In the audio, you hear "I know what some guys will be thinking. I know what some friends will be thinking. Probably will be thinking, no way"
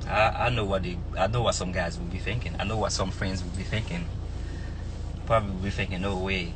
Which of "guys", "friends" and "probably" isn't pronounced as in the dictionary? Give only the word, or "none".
none